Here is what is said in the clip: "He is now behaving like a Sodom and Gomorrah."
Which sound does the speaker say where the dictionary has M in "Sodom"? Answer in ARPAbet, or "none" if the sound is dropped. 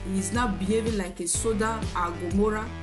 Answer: none